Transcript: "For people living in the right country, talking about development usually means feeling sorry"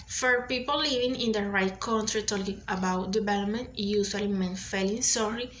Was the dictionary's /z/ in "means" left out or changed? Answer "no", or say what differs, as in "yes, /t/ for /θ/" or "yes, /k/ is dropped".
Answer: yes, /z/ is dropped